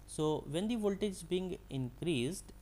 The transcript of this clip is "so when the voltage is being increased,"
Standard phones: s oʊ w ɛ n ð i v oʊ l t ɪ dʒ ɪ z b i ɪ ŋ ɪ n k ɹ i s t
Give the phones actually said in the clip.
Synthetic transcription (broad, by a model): s oʊ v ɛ n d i v oʊ l t ɪ dʒ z b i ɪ ŋ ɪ n k ɹ i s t